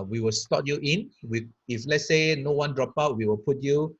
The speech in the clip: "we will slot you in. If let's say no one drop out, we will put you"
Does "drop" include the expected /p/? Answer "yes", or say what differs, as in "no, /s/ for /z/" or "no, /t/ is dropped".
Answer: yes